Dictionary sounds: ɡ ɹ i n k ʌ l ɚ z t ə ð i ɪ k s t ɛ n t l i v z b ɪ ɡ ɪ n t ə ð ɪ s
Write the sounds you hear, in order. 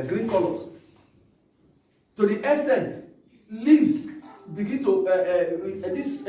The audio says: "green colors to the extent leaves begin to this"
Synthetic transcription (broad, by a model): ɡ ɹ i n k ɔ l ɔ s t ə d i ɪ s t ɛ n l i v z b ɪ ɡ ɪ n t ə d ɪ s